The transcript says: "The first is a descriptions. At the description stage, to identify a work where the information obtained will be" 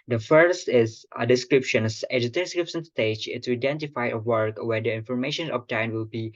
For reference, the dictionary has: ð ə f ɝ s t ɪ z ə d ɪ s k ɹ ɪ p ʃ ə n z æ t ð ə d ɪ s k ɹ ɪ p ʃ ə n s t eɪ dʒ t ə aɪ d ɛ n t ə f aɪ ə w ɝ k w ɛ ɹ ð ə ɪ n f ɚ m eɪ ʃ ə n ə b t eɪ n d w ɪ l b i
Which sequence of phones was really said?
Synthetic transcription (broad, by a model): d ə f ɝ s t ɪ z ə d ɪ s k ɹ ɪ p ʃ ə n s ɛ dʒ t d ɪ s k ɹ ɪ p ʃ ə n s t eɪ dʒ t ə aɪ d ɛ n t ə f aɪ ə w ɝ k w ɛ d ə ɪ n f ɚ m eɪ ʃ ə n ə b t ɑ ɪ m w ɪ l b i